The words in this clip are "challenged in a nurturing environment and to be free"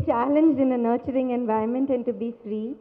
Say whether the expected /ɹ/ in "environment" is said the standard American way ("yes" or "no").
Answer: no